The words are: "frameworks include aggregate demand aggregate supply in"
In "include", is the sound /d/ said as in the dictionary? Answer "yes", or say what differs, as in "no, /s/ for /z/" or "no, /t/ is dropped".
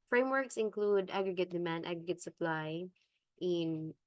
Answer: yes